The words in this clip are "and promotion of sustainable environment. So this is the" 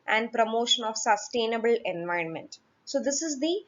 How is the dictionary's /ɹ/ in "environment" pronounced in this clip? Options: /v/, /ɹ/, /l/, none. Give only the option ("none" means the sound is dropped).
/ɹ/